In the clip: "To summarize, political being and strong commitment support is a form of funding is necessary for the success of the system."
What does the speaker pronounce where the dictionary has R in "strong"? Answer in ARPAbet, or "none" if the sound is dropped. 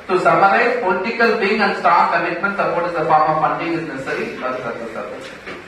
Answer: none